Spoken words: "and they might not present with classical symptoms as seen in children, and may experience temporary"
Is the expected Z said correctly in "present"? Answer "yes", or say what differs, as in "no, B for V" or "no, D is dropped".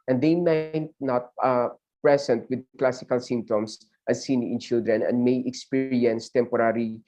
no, S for Z